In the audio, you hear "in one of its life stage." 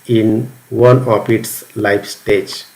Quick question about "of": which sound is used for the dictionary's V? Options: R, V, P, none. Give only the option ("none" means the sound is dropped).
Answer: P